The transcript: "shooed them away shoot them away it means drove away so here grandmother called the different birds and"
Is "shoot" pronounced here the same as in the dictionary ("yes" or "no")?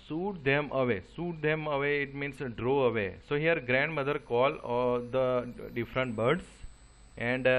no